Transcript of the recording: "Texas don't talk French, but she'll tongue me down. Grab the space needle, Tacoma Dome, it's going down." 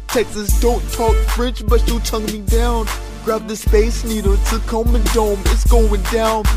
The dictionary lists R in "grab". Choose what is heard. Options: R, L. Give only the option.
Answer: R